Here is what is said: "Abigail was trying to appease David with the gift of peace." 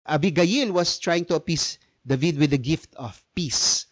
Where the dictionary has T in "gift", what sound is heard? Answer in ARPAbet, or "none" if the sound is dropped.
T